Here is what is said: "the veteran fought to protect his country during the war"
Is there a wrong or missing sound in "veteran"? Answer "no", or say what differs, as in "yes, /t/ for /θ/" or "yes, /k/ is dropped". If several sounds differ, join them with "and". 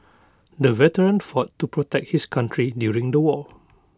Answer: no